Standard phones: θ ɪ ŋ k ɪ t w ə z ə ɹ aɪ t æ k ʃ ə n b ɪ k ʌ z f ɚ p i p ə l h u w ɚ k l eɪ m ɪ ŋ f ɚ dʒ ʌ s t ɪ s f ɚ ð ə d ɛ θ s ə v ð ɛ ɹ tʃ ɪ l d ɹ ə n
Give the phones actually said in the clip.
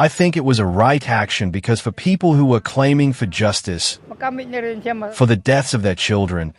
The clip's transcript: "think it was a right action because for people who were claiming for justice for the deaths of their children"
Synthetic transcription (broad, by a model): θ ɪ ŋ k ɪ t w ə z ə ɹ aɪ t æ k ʃ ə n b ɪ k ʌ z f ɚ p i p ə l h u w ɚ k l eɪ m ɪ ŋ f ɚ dʒ ʌ s t ɪ s f ɚ ð ə d ɛ θ s ə v ð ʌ ɹ tʃ ɪ l d ɹ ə n